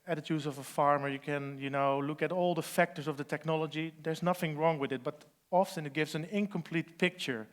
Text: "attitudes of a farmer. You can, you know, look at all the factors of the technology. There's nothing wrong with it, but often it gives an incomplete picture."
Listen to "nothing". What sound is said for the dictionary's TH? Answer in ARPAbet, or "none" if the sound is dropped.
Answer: TH